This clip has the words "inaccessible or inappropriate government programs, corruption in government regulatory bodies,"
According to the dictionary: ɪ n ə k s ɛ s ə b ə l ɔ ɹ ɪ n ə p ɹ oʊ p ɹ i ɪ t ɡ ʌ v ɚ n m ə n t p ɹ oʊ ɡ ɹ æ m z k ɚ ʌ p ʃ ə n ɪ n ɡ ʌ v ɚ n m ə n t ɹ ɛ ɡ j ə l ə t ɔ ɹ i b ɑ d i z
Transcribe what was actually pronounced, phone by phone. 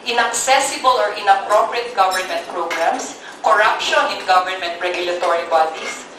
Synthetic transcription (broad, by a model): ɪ n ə k s ɛ s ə b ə l ɔ ɹ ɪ n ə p ɹ oʊ p ɹ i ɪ t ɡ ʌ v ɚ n m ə n t p ɹ oʊ ɡ ɹ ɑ m s k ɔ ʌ p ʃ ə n ɪ n ɡ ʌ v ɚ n m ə n t ɹ ɛ ɡ j ə l ə t ɔ ɹ i b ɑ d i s